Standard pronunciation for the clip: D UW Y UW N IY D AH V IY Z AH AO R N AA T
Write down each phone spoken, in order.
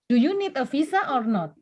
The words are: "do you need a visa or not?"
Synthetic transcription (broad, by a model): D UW Y UW N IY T AH F IY S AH AO R N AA T